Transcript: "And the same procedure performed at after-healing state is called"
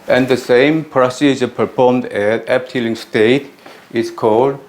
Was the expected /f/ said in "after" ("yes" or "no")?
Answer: no